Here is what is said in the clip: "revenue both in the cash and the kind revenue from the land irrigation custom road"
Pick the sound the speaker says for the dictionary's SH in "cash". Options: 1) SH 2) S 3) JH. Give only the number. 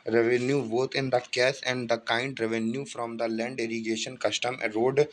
2